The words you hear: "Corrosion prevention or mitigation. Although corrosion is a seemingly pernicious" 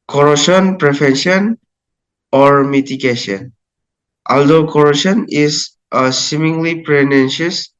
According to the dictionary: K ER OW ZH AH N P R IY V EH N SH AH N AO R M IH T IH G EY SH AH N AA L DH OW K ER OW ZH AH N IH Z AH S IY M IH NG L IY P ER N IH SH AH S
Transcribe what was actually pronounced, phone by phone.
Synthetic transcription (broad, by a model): K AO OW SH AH N P R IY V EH N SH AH N AO R M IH T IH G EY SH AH N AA L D OW K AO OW SH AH N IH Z AH S IY M IH NG L IY P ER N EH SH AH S